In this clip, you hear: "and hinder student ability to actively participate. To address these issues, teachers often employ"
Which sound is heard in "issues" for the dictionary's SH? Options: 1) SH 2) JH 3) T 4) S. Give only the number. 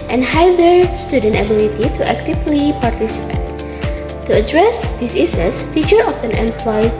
4